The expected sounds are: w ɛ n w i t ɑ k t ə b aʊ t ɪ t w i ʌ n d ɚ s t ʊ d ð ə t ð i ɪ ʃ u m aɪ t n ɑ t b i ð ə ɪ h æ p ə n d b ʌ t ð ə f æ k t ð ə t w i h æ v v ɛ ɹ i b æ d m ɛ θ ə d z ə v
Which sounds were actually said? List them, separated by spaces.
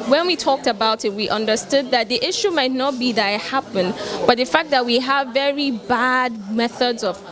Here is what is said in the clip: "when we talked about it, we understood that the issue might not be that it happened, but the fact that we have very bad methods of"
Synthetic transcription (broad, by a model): w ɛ n w i t ɑ k t ə b aʊ t ɪ t w i ʌ n d ɚ s t ʊ d ð ə t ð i ɪ ʃ u m aɪ t n ɑ t b i ð ə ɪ h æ p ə n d b ʌ t ð ə f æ k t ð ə t w i h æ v v ɛ ɹ i b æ d m ɛ θ ə d z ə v